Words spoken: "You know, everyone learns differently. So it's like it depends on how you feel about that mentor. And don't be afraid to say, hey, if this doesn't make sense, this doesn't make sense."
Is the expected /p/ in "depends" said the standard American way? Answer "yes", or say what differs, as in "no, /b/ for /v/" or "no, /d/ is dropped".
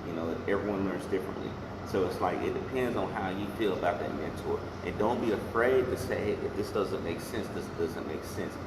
yes